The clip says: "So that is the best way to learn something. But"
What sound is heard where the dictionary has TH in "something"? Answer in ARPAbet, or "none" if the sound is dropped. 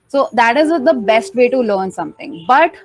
T